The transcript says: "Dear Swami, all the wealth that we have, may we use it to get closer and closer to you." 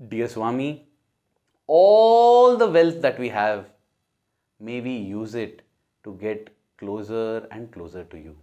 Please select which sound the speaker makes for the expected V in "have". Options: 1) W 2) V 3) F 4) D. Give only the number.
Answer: 2